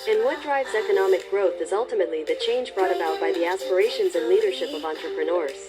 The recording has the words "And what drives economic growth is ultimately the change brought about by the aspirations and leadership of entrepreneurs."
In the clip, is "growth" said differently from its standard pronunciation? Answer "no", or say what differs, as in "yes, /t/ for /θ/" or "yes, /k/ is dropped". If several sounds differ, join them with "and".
no